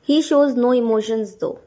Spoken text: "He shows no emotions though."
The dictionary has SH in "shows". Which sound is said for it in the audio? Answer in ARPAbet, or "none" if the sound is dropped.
SH